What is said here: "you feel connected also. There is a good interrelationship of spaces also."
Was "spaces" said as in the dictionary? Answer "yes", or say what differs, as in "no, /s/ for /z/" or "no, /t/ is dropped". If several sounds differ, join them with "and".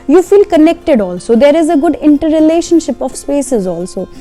yes